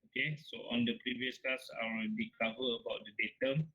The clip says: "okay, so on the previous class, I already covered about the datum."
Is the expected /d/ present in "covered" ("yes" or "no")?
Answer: no